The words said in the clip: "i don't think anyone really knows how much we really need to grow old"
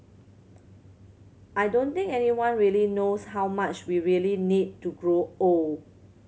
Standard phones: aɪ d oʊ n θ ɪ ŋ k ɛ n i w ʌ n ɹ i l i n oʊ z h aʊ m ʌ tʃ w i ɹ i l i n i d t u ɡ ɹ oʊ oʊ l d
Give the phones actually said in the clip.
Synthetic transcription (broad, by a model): aɪ d oʊ n t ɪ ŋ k ɛ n i w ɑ n ɹ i l i n oʊ s h aʊ m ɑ tʃ w i ɹ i l i n i d t u ɡ ɹ oʊ oʊ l